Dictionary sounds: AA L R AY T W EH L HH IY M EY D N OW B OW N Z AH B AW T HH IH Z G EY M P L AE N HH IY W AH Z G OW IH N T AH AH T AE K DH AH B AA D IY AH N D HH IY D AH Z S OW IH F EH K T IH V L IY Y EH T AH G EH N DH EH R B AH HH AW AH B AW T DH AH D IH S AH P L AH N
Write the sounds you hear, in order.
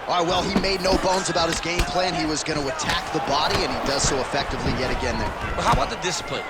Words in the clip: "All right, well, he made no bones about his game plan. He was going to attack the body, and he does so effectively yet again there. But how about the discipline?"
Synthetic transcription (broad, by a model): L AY W EH L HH IY M EY D N OW B OW N Z AH B AW T HH IH Z G EY M P L AE N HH IY W AH Z G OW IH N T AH AH T AE K DH AH B AA D IY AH N IY D AH Z S OW IH F EH K T IH V L IY Y EH T AH G EH N DH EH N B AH HH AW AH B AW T DH AH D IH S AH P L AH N